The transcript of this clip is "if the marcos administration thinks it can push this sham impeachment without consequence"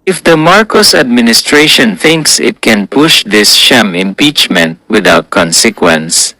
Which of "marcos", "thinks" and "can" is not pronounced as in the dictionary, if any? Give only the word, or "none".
none